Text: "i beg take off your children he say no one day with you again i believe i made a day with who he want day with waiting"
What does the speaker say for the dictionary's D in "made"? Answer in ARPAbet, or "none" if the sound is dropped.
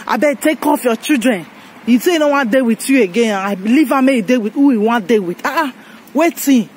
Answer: none